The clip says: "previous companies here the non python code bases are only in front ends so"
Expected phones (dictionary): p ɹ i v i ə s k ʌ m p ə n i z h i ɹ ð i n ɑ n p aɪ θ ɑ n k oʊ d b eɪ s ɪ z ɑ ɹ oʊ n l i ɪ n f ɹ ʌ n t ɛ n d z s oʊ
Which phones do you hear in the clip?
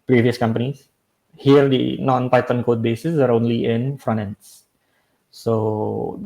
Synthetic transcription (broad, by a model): p ɹ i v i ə s k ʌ m p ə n i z h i ɹ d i n ɑ n p aɪ t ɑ n k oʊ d b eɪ s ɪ s ɑ ɹ oʊ n l i ɪ n f ɹ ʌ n ɛ n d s s oʊ